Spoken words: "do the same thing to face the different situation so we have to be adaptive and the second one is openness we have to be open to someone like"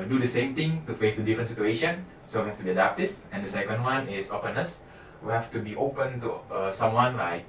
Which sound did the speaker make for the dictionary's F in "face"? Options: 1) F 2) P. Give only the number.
1